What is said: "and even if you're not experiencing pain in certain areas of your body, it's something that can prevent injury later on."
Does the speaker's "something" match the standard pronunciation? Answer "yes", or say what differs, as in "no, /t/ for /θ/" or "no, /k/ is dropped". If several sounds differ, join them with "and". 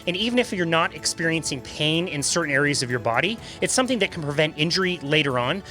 yes